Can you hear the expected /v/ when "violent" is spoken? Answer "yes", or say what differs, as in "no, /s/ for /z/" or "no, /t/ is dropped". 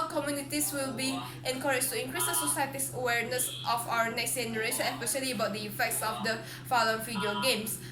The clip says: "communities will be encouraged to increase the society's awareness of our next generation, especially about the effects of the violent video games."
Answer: no, /f/ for /v/